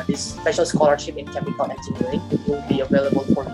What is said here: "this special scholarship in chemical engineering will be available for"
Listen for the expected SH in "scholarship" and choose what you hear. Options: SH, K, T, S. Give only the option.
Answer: SH